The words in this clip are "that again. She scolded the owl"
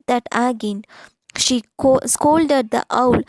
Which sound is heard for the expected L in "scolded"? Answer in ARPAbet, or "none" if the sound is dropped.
L